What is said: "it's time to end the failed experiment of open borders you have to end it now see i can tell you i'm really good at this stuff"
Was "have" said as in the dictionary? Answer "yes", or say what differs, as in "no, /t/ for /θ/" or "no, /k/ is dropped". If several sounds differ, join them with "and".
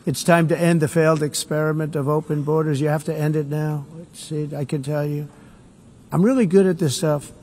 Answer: no, /f/ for /v/